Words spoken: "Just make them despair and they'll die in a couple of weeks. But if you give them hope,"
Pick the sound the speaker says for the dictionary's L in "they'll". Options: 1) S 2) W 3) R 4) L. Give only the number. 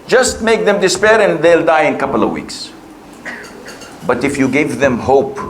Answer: 4